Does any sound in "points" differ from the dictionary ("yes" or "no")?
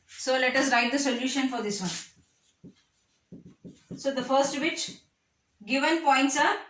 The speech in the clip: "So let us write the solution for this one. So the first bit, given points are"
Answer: no